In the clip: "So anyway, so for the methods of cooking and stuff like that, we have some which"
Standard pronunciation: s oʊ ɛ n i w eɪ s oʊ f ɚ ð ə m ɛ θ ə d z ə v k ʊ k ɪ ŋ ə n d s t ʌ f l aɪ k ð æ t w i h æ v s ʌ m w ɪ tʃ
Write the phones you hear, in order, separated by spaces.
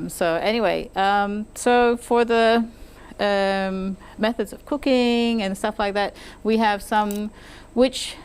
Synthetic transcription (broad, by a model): s oʊ ɛ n i w eɪ s oʊ f ɚ ð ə m ɛ θ ə d z ə v k ʊ k ɪ ŋ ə n s t ʌ f l aɪ k ð æ t w i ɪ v s ʌ m w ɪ tʃ